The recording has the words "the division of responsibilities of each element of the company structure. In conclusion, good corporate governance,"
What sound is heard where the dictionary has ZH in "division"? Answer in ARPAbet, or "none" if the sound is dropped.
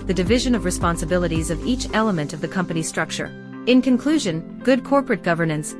ZH